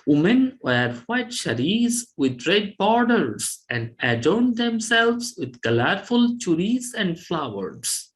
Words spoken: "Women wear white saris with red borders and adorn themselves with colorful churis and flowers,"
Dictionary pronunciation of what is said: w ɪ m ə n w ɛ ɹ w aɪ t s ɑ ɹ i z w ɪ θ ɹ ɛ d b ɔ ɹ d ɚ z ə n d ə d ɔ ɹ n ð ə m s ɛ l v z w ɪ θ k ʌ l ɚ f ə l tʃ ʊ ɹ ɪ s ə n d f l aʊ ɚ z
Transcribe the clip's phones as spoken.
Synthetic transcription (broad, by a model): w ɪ m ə n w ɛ ɹ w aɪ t ʃ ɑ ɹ i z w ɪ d ɹ ɛ d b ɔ ɹ d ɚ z ə n d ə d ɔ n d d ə m s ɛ l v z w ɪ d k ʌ l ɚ f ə l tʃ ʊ ɹ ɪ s ə n d f l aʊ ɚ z